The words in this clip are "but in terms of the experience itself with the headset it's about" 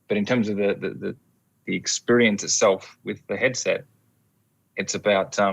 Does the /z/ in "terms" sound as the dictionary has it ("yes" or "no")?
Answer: yes